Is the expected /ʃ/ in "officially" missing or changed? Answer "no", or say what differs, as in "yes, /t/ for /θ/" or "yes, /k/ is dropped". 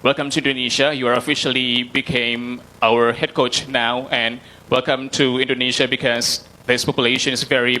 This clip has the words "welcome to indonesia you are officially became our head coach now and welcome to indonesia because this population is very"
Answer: no